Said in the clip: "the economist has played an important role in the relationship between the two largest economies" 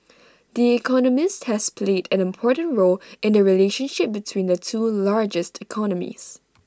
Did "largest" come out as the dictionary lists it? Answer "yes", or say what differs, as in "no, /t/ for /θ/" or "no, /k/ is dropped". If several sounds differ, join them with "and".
yes